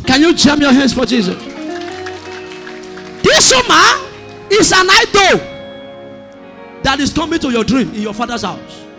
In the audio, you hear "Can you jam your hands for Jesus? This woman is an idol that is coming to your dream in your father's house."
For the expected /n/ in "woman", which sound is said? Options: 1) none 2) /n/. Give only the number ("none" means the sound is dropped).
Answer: 1